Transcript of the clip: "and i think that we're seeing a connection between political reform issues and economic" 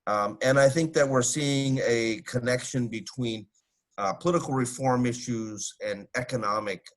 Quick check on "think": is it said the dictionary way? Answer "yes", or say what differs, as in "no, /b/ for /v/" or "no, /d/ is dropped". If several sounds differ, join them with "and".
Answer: yes